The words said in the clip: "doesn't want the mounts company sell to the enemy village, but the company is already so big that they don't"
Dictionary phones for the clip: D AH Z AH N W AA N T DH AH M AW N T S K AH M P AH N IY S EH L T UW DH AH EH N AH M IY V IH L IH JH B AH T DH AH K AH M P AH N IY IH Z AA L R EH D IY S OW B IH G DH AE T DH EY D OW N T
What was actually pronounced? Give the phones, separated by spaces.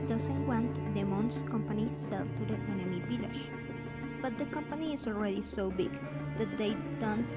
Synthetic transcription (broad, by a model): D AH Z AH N W AA N T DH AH M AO N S K AH M P AH N IY S EH L T UW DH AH EH N AH M IY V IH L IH SH B AH T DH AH K AH M P AH N IY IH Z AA L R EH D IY S OW B IH G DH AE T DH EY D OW N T